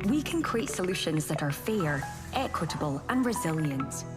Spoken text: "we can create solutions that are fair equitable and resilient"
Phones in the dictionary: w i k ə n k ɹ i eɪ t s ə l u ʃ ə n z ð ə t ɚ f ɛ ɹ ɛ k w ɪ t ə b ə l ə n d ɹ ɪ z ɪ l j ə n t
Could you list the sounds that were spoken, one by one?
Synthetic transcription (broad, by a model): w i k ə n k ɹ i eɪ t s ə l u ʃ ə n z ð ə t ɚ f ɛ ɹ ɛ k w ɪ t ə b ə l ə n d ɹ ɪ z ɪ l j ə n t